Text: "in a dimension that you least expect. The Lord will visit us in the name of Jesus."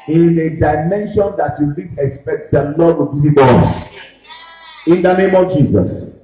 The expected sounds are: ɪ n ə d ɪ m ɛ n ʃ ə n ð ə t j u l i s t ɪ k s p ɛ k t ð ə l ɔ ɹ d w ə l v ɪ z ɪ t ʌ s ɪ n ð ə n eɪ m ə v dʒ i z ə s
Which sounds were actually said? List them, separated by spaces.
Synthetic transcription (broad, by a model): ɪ n ə d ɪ m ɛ n ʃ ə n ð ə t j u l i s ɪ k s p ɛ k t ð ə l ɔ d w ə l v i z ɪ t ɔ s ɪ n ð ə n eɪ m ə v dʒ i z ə s